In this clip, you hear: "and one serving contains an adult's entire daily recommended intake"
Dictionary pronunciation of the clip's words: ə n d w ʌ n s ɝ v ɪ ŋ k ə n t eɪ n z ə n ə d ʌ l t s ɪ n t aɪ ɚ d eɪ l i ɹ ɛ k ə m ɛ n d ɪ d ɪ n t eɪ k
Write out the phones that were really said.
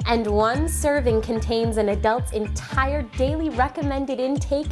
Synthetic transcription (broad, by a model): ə n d w ʌ n s ɝ v ɪ ŋ k ə n t eɪ n z ə n ə d ʌ l t s ɪ n t aɪ ɚ d eɪ l i ɹ ɛ k ə m ɛ n d ɪ d ɪ n t eɪ k